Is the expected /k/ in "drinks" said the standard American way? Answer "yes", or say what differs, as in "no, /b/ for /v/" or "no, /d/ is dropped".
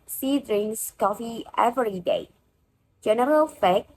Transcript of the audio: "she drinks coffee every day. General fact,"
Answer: no, /k/ is dropped